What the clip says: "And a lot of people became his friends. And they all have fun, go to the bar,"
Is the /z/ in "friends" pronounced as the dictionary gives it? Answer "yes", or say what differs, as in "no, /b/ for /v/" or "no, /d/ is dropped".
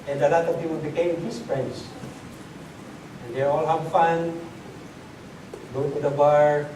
no, /s/ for /z/